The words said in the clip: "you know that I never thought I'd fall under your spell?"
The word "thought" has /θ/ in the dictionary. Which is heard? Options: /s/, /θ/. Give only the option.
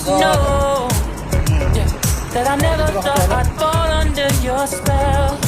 /s/